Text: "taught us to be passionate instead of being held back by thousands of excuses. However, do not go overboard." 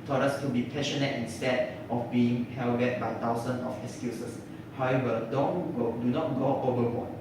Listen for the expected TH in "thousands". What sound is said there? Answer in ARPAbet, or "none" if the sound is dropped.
T